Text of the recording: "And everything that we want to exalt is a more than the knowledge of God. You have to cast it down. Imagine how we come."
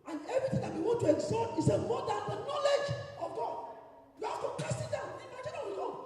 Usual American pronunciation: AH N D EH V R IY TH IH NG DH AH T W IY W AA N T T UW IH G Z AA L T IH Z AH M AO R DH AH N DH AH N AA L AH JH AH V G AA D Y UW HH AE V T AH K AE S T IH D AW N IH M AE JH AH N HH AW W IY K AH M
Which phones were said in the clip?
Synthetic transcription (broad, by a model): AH N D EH V R IY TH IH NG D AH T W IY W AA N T T UW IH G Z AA T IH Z AH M AO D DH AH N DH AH N AA L AH JH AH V G AA D Y UW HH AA F T AH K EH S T IH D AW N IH M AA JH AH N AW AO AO